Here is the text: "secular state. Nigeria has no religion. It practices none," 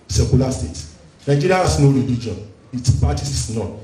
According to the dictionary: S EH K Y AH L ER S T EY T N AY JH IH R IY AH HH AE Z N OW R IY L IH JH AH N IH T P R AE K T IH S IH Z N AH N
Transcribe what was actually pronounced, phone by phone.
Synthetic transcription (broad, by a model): S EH K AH L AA S T EY T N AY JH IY R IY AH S N OW R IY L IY JH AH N IH T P AA T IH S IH S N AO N